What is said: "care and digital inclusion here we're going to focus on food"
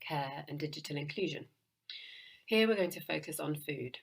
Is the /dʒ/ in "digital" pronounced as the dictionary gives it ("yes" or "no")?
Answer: yes